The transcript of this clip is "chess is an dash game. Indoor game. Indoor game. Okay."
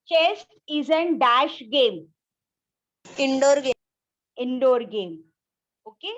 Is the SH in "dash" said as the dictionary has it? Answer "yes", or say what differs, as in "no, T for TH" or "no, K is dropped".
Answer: yes